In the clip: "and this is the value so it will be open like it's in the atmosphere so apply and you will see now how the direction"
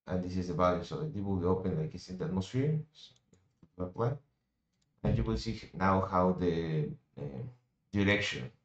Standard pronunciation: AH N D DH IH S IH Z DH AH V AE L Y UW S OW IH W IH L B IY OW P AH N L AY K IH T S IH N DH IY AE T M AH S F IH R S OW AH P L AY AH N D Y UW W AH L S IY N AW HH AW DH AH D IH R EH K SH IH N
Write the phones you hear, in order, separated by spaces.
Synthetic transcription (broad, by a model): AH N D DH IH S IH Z DH AH B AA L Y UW S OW IH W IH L B IY OW P AH N L AY K IH T S IH N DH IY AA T M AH S F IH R S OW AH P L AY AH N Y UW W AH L S IY N AW HH AW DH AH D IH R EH K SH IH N